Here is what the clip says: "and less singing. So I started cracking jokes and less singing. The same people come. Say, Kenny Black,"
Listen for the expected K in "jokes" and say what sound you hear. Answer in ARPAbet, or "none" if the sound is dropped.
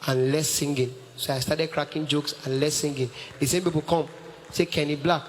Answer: K